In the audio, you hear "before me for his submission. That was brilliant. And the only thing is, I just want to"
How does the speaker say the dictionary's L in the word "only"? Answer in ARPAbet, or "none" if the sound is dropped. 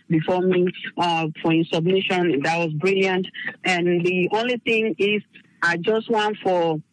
L